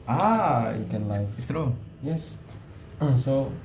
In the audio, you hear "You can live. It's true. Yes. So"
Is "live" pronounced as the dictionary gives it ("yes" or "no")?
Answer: no